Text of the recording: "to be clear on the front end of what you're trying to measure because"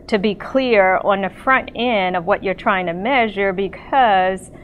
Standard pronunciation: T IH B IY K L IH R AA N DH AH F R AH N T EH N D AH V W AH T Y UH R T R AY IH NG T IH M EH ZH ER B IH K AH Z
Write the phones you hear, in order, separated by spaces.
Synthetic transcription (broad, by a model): T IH B IY K L IH R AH N DH AH F R AH N T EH N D AH V W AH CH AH R T R AY IH NG T IH M EH ZH ER B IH K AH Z